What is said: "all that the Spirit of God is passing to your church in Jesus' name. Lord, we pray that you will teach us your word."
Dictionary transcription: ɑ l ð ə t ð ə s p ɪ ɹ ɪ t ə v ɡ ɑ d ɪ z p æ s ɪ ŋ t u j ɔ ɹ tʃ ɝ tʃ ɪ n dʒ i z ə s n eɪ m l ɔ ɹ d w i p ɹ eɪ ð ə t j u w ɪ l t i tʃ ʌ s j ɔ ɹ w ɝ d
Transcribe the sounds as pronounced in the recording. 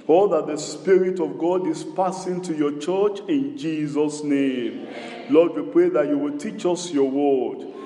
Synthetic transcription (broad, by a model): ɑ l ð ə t ð ə s p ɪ ɹ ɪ t ə v ɡ ɑ d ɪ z p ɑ s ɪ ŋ t u j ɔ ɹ tʃ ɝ tʃ ɪ n dʒ i z ə s n eɪ m l ɔ d w i p ɹ eɪ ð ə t j u w ɪ l t i tʃ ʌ s j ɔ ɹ w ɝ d